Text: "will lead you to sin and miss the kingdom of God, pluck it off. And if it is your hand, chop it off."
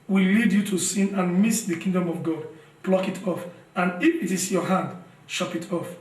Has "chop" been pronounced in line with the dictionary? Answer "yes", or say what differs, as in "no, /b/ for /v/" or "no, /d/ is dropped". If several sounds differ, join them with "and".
no, /ʃ/ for /tʃ/